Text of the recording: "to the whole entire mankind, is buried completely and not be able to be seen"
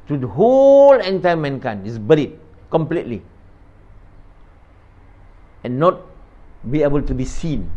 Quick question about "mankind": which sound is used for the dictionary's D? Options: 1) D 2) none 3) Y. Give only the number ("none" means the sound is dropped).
2